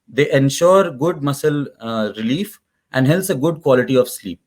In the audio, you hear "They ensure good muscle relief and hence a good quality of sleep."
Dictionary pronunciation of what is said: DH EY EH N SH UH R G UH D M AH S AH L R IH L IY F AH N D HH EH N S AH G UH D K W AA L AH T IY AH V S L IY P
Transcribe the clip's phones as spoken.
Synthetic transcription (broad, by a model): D EY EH N SH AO R G UH D M AH S AH L R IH L IY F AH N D HH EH L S AH G UH D K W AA L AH T IY AH V S L IY P